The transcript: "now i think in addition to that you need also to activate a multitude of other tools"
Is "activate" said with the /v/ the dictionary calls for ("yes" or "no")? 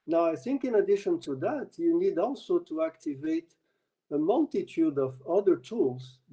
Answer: yes